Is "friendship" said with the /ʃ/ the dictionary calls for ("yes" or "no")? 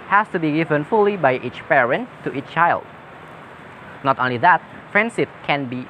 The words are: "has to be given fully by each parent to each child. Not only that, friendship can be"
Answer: no